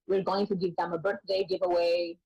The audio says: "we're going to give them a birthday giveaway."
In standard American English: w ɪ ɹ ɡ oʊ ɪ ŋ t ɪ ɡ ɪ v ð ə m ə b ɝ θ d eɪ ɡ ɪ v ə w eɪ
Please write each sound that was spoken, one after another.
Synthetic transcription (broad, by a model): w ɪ ɹ ɡ oʊ ɪ ŋ t ɪ ɡ ɪ v ð ə m ə b ɝ θ d eɪ ɡ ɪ v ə w eɪ